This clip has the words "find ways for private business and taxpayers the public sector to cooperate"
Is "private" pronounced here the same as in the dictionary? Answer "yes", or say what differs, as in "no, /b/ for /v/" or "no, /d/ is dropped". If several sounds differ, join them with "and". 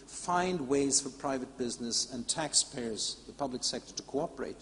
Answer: yes